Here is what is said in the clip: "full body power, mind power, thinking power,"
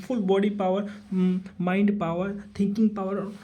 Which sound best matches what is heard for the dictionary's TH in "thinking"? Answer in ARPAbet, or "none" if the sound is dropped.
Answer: T